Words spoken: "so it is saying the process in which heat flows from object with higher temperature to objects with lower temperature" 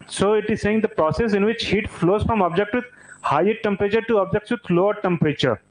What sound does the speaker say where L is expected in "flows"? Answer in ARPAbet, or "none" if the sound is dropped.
L